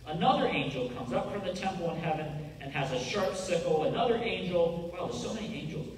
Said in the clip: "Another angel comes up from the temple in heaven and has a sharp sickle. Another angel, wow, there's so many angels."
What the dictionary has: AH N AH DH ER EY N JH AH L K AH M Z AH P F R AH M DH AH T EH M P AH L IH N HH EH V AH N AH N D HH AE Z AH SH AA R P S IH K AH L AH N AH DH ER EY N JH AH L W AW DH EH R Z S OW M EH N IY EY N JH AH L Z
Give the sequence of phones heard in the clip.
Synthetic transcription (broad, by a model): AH N AH DH ER EY N JH L K AH M Z AH P F R AH M DH AH T EH M P L IH N HH EH V AH N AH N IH Z AH SH AA R P S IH K L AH N AH DH ER EY N JH L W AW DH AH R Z S OW M EH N IY EY N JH L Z